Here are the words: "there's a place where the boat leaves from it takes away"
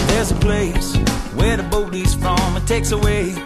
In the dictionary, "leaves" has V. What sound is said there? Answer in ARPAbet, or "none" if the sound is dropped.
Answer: none